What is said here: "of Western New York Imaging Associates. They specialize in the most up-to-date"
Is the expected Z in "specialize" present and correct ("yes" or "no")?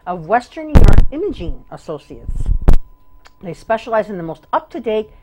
yes